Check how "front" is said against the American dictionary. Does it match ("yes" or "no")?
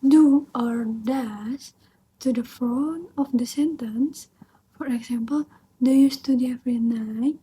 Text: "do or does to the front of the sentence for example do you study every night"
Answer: no